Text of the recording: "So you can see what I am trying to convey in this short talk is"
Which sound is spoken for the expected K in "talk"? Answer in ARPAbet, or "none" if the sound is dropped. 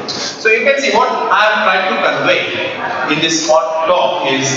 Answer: none